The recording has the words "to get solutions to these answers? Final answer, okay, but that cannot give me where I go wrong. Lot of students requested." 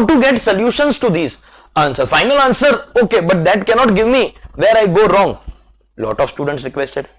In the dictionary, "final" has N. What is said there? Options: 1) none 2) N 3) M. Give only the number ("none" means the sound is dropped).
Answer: 2